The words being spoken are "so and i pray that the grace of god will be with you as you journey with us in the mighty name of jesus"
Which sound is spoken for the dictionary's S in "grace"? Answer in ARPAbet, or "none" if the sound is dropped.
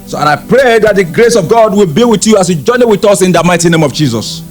S